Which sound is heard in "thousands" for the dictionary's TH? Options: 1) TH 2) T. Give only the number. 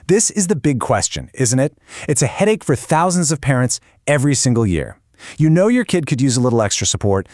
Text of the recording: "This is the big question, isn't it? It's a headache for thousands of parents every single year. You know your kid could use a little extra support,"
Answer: 1